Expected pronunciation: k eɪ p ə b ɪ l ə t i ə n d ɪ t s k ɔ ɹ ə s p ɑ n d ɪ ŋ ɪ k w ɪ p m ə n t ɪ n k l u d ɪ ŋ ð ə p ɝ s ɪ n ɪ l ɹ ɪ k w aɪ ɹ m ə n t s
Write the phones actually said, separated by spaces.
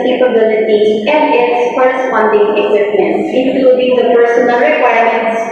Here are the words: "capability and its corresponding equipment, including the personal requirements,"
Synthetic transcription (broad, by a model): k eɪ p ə b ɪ l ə t i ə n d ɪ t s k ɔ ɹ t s f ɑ n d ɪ ŋ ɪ k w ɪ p m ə n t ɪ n k l u d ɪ ŋ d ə p ɝ s ɪ n ɪ l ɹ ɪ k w aɪ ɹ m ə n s